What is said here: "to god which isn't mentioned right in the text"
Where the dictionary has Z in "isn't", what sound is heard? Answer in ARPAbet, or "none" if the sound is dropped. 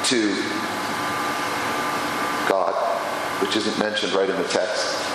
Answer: Z